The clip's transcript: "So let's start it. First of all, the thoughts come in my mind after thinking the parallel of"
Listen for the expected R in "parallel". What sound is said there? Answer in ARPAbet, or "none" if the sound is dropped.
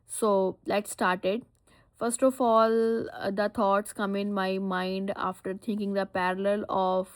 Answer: R